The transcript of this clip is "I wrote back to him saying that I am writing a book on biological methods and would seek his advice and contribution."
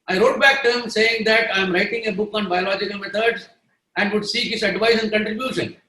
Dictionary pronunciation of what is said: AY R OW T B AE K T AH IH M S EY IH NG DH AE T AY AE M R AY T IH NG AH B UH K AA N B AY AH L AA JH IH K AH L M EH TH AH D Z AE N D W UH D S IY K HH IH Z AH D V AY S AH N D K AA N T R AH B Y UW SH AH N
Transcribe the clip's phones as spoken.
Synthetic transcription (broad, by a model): AY R OW T B AE K T AH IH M S EY IH NG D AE T AY M R AY T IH NG AH B UH K AA N B AY AH L AA JH IH K AH L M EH T AH D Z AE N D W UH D S IY K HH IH S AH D V AY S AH N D K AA N T R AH B Y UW SH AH N